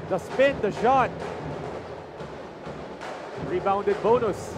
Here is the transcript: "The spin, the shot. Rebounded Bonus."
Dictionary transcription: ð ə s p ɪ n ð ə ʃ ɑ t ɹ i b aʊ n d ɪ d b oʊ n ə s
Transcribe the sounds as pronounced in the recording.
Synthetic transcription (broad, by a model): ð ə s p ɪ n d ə ʃ ɑ t ɹ i b aʊ n d ɪ d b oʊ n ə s